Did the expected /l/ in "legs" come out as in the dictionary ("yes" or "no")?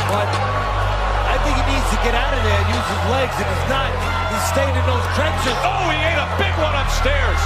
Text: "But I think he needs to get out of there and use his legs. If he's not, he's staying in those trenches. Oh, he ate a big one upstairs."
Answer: yes